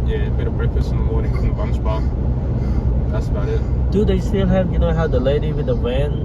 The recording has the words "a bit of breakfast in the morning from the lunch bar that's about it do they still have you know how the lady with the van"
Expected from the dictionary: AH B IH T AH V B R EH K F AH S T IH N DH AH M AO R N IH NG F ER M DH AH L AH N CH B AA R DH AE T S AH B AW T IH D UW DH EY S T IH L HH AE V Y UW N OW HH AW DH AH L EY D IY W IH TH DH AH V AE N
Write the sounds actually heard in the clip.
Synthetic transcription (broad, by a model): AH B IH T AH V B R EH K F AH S IH N DH AH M AO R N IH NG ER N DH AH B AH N S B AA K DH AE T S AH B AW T IH D UW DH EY S T IH L HH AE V Y UW N OW HH AW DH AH L EY D IY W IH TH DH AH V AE N